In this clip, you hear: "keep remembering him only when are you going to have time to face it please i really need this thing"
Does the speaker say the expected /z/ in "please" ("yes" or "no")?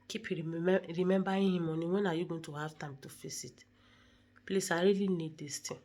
no